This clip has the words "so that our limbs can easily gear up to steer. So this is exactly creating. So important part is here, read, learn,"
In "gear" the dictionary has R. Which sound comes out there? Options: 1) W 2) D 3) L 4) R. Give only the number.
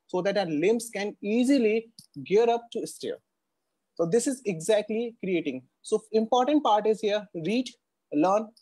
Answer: 4